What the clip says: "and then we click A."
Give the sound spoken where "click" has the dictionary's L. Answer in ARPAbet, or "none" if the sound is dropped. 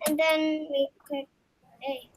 none